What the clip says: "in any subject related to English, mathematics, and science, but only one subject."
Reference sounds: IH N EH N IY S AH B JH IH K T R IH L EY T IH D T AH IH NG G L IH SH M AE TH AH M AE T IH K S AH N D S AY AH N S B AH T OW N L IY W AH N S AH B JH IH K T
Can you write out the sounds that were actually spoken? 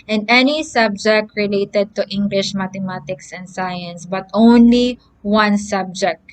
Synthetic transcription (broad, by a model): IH N EH N IY S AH B JH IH K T R IH L EY T IH D T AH IH NG G L IH SH M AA T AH M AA T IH K S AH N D S AY AH N S B AH T OW N L IY W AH N S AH B JH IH K T